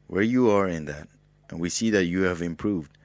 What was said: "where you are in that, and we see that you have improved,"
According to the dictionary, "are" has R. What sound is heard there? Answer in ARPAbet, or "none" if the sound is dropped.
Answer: R